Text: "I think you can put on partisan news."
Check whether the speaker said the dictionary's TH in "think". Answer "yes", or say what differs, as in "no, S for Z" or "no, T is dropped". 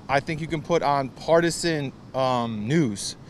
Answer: yes